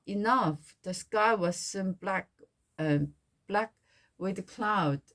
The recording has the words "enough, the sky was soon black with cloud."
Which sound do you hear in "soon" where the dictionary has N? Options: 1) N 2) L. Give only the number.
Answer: 2